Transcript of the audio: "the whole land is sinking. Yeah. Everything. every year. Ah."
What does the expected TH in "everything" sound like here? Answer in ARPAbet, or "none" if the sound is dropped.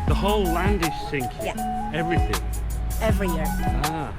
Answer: TH